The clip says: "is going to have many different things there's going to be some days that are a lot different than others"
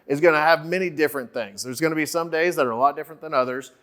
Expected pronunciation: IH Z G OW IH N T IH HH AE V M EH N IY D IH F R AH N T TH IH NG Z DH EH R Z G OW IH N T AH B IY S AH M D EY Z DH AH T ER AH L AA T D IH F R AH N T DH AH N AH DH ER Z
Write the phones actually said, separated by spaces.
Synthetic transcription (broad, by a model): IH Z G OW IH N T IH V M EH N IY D IH F R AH N TH IH NG Z DH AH R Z G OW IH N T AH B IY S AH M D EY Z DH AH T ER AH L AA T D IH F R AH N DH AH N AH DH ER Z